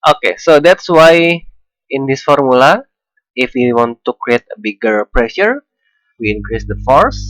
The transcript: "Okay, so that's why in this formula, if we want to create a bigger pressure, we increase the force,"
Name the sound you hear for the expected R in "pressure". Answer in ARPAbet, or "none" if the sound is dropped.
R